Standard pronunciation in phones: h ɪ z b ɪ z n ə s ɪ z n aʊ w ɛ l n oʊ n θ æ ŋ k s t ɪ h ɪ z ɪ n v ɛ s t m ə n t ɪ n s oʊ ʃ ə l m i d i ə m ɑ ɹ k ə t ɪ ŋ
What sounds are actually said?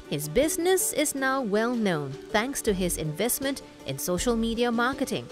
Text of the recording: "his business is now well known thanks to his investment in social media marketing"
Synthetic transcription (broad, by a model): h ɪ z b ɪ z n ə s ɪ z n aʊ w ɛ l n oʊ n θ æ ŋ k s t ɪ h ɪ z ɪ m v ɛ s t m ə n t ɪ n s oʊ ʃ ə l m i d i ə m ɑ ɹ k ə t ɪ ŋ